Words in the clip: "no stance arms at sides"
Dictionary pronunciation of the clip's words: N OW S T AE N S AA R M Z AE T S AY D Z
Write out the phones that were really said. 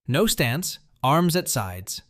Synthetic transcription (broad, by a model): N OW S T AE N S AA R M Z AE T S AY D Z